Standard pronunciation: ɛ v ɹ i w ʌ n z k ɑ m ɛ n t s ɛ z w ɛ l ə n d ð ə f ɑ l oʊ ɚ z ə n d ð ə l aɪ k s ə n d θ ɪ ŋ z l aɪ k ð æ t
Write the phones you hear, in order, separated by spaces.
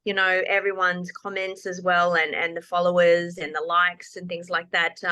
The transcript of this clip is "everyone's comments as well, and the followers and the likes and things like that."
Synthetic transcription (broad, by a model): ɛ v ɹ i w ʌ n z k ɑ m ɛ n t s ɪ z w ɛ l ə n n ð ə f ɑ l oʊ ɚ z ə n ð ə l aɪ k s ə n θ ɪ ŋ z l aɪ k ð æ t